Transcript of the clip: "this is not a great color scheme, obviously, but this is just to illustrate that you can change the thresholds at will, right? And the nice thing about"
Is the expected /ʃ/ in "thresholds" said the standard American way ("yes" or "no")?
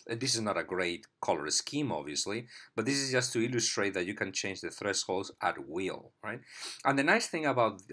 no